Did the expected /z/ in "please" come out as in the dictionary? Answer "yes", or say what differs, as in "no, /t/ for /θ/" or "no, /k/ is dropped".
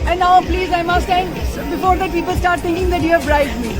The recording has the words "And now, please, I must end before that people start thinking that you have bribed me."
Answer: yes